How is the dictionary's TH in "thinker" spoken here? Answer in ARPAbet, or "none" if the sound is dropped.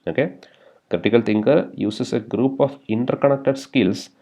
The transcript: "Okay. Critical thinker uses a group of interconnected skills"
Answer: T